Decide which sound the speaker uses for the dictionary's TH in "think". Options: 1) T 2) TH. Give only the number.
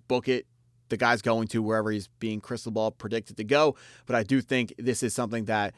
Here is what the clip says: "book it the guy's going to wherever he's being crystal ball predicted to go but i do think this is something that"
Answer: 2